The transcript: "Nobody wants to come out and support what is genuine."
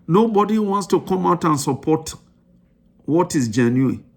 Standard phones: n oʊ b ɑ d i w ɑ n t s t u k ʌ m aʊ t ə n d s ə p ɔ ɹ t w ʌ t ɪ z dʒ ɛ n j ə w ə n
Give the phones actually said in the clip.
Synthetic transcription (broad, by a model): n oʊ b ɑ d i w ɑ n t s t u k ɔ m aʊ t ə n s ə p ɔ t w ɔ t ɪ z dʒ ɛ n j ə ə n